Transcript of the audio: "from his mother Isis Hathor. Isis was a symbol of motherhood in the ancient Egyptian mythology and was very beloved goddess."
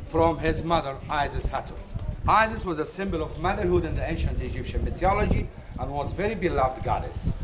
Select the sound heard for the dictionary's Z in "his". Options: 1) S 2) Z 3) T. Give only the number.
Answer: 2